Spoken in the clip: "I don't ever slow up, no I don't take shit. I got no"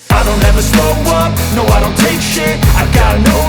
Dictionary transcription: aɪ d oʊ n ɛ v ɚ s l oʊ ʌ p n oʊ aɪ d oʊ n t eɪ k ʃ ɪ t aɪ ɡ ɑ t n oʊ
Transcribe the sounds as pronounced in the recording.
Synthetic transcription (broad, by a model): aɪ d oʊ n ɛ v ɚ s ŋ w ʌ n oʊ aɪ d oʊ n t eɪ k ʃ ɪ aɪ ɡ ɑ t n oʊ